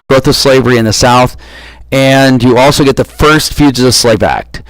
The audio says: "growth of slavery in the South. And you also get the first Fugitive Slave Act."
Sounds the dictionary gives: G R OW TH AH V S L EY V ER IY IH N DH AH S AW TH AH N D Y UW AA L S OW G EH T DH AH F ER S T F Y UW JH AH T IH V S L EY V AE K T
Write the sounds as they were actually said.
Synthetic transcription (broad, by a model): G R OW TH AH V S L EY V ER IY IH N DH AH S AW TH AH N Y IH AA L S OW G EH T DH AH F ER S T F Y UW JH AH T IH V S L EY V AE K T